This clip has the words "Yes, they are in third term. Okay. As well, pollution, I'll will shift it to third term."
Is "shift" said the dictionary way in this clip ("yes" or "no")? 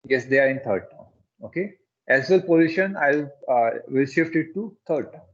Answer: yes